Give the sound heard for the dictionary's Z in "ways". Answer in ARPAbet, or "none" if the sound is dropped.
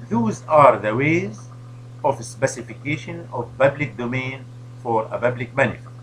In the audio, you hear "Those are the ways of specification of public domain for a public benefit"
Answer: Z